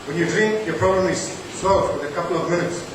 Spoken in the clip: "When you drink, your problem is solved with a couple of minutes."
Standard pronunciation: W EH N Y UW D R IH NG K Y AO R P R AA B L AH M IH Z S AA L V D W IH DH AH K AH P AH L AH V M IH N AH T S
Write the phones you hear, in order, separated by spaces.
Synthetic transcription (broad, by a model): W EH N Y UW D R IH NG K Y AO R P R AA B L AH M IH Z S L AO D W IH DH AH K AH P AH L AH V M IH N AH T S